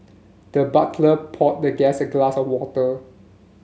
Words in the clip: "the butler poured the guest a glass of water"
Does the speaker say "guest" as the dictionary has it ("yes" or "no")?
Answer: no